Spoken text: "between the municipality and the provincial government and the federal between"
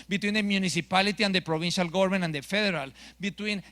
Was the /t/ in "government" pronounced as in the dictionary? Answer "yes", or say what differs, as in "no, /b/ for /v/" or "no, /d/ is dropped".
no, /t/ is dropped